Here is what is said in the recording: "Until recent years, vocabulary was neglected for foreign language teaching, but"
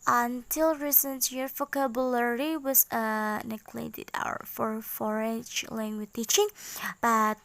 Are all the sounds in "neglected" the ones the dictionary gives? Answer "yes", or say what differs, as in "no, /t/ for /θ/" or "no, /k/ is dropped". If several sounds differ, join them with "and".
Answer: no, /k/ is dropped